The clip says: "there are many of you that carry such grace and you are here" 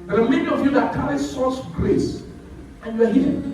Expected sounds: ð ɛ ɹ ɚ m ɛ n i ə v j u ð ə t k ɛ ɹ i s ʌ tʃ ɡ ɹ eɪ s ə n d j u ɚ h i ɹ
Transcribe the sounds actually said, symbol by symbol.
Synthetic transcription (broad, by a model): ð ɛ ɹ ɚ m ɛ n i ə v j u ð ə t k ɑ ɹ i s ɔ s ɡ ɹ eɪ s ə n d j u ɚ h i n